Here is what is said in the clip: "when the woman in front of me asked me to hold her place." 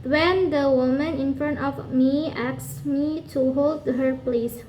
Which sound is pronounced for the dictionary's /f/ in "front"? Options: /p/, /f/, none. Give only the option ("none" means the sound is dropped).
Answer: /f/